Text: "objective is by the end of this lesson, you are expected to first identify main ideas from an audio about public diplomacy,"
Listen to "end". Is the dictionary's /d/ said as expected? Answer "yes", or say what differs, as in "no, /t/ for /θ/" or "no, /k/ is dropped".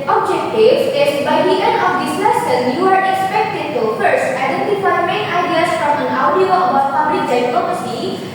no, /d/ is dropped